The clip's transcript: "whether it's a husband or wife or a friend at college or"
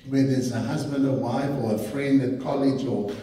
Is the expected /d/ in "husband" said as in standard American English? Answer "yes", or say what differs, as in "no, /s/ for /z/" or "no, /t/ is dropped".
yes